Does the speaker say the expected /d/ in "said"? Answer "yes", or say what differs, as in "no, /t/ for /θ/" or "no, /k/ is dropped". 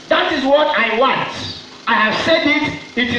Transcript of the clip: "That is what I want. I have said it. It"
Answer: yes